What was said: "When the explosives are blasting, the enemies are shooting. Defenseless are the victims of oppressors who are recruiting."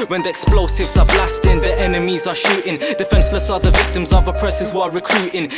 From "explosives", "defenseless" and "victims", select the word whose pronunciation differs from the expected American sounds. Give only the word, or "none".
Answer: none